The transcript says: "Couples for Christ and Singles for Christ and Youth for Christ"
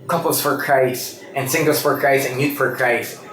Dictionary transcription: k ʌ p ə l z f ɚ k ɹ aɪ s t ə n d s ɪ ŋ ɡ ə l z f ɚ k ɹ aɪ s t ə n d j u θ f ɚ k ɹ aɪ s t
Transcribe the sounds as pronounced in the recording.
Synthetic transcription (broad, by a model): k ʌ p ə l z f ɚ k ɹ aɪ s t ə n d s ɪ ŋ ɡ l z f ɚ k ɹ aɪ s ə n j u t f ɚ k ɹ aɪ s